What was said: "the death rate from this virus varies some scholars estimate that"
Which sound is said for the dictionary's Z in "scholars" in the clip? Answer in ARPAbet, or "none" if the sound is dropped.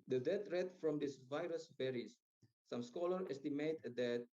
none